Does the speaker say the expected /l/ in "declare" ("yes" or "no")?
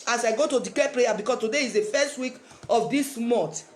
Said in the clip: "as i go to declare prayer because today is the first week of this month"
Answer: no